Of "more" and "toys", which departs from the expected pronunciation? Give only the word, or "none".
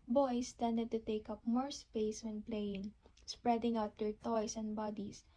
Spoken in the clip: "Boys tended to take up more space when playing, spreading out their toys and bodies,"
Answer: toys